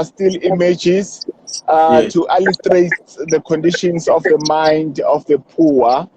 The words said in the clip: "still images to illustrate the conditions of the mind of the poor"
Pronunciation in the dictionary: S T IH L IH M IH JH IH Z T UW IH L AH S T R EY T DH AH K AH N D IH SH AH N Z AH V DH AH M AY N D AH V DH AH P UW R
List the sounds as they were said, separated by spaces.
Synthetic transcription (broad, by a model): S T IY L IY M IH JH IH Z T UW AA L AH T R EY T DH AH K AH N D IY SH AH N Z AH F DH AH M AY N D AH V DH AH P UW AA